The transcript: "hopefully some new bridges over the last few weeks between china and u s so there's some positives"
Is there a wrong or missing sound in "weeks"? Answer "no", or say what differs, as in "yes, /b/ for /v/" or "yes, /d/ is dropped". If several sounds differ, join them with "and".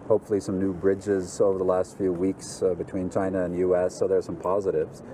no